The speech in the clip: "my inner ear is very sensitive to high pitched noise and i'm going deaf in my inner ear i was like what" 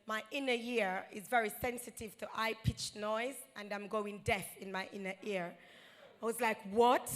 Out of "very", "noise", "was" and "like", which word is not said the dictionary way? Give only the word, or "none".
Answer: none